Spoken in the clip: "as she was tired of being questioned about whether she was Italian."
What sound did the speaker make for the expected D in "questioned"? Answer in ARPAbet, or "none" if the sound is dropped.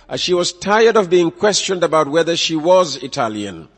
D